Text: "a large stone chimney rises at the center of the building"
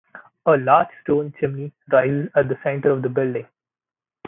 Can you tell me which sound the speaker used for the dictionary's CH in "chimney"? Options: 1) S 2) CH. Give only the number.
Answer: 2